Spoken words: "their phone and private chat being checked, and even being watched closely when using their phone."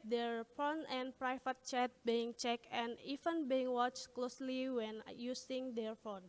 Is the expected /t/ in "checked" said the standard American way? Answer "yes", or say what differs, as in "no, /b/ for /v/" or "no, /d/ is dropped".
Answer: no, /t/ is dropped